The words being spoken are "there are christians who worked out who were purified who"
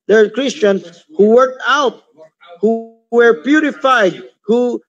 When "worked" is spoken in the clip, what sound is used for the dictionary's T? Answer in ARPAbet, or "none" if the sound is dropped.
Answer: T